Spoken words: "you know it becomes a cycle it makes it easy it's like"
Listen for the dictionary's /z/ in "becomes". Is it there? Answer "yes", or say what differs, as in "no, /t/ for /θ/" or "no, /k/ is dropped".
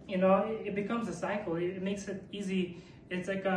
yes